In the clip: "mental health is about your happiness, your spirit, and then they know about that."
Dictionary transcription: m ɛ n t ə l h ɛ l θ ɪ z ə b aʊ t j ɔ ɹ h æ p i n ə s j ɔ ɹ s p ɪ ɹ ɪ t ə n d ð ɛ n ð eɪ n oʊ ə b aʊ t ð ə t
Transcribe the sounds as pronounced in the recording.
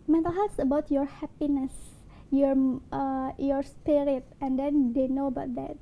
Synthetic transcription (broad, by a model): m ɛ n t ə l h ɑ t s ə b aʊ t j ɔ ɹ h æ p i n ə s j ɔ ɹ s p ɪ ɹ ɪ t ə n d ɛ n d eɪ n oʊ ə b aʊ t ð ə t